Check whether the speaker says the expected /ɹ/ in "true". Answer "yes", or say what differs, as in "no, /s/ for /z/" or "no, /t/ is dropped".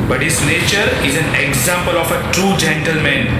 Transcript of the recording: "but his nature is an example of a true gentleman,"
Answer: yes